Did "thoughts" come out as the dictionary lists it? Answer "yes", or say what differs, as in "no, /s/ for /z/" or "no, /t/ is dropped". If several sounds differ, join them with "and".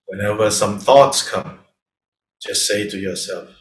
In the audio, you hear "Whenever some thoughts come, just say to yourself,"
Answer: yes